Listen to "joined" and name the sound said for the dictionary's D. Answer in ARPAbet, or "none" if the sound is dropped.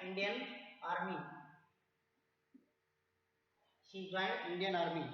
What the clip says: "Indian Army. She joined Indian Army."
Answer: none